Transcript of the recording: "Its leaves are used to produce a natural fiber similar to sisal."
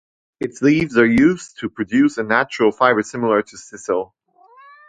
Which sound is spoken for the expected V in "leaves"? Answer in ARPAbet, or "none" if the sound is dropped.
V